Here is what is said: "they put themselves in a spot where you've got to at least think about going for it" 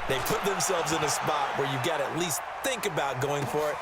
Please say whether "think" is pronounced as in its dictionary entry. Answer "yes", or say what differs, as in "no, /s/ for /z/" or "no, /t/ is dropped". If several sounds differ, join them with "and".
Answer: yes